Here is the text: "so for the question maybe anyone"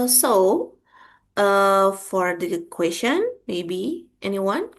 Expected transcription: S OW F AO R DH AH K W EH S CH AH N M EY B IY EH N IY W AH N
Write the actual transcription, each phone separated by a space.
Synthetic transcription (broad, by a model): S OW F AO R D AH K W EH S SH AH N M EY B IY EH N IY W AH N